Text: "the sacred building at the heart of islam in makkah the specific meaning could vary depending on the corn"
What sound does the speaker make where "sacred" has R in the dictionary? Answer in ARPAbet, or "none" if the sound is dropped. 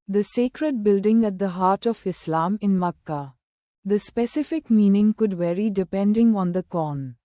R